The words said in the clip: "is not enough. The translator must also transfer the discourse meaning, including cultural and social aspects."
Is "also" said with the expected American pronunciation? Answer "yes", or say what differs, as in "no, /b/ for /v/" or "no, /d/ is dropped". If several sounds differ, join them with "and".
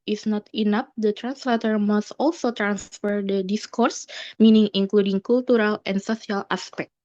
yes